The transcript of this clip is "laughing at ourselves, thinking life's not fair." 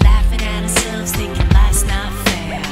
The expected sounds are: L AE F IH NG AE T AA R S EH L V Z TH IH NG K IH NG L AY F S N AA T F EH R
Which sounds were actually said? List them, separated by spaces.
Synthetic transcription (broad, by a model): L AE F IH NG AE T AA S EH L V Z T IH K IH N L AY S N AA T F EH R